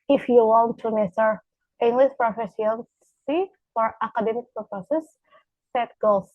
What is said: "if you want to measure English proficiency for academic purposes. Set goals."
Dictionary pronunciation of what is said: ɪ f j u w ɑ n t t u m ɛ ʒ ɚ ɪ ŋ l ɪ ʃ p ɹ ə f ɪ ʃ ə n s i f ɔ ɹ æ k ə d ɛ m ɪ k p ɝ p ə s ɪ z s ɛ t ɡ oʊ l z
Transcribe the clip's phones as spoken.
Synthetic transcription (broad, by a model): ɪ f j u w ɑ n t t u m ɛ s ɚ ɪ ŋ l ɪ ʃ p ɹ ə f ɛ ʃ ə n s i f ɔ ɹ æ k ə d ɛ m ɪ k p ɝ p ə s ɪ s ɛ t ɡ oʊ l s